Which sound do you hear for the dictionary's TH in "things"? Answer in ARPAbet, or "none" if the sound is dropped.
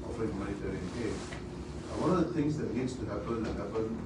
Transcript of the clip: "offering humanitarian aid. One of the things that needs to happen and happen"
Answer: T